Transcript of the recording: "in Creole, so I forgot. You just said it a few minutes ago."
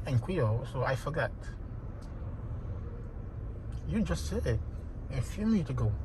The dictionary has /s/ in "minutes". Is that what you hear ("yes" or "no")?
no